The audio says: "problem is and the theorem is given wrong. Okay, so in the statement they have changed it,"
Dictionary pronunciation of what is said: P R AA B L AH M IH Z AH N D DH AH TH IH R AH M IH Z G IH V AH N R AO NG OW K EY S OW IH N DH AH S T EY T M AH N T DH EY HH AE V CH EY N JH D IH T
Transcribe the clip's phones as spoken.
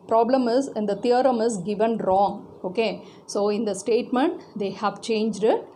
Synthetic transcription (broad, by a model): P R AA B L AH M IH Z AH N D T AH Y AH R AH M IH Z G IH V AH N R AO NG OW K EY S OW IH N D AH S T EY T M AH N T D EY HH AE V CH EY N JH D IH T